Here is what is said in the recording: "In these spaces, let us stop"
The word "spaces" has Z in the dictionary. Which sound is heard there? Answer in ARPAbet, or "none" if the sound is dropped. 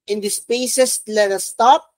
S